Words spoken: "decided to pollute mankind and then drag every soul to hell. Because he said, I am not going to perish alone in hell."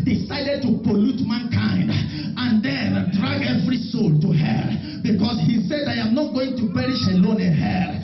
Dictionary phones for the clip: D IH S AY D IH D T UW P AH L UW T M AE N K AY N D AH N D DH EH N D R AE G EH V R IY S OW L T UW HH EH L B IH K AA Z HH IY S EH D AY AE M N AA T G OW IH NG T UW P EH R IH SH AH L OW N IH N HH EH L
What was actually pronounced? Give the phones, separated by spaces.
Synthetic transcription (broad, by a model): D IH S AY D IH D T UW P AH L UW T M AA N K AY N D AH N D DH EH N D R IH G EH V R IY S OW L T UW HH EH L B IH K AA S HH IY S EH D AY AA M N AA T G OW IH NG T UW P EH R IH SH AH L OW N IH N HH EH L